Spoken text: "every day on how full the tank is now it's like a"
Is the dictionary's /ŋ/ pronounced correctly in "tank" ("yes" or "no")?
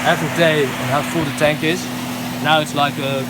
yes